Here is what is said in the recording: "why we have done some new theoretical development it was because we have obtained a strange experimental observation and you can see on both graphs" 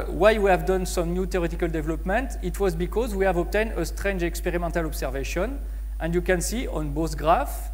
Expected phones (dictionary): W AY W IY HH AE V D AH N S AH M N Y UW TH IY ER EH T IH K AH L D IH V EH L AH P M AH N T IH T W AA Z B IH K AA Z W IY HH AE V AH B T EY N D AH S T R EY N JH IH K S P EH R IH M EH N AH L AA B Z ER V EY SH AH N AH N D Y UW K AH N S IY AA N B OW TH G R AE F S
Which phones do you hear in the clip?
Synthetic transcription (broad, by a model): W AY W IY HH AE V D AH N S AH M N Y UW T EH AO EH T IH K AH L D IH V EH L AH P M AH N T IH T W AA Z B IH K AA Z W IY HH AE V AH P T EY N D AH S T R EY N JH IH K S P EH R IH M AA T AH L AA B S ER V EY SH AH N AH N D Y UW K AH N S IY AA N B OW S G R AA F